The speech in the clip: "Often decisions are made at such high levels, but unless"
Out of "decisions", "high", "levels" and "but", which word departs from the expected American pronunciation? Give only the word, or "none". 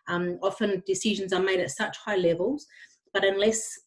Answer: none